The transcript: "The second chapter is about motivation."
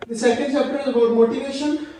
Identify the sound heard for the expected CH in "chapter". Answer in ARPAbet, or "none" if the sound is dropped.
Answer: S